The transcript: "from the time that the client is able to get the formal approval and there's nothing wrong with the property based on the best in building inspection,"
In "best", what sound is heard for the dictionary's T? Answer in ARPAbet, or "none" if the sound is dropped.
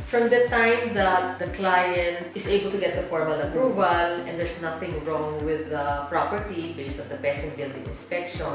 none